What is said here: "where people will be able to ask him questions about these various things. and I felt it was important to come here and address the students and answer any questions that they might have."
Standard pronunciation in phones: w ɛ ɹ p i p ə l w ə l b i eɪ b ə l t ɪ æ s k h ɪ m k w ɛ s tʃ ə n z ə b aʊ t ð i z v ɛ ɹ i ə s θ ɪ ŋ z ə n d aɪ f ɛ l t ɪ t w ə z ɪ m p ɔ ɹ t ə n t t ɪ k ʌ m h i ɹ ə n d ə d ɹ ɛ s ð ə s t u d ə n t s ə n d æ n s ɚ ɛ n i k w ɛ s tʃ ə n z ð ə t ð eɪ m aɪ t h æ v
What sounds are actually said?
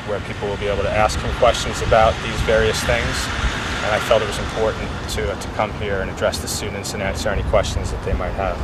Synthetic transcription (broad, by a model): w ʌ ɹ p i p l w ə l b i eɪ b l t ɪ æ s k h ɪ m k w ɛ s tʃ ə n z ə b aʊ t ð i z v ɛ ɹ i ə s θ ɪ ŋ z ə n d aɪ f ɛ l t ɪ t w ə z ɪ m p ɔ ɹ t n t t ɪ k ʌ m h i ɹ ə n ə d ɹ ɛ s ð ə s t u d n t s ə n æ n s ɚ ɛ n i k w ɛ s tʃ ə n z ð ə t ð eɪ m aɪ t h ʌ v